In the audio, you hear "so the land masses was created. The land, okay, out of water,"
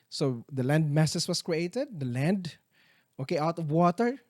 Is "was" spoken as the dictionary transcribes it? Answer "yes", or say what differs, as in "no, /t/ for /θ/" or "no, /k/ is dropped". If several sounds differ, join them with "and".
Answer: no, /s/ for /z/